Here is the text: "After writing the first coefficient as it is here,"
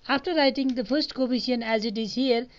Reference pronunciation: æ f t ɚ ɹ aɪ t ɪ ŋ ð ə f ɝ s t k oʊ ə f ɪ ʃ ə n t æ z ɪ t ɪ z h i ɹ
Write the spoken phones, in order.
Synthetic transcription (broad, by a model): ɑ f t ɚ ɹ aɪ t ɪ ŋ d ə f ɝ s t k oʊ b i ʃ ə n æ z ɪ t ɪ z h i ɹ